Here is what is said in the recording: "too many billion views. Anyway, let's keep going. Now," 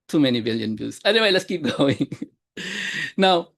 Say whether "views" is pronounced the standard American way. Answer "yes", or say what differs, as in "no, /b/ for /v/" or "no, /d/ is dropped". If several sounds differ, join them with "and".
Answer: no, /b/ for /v/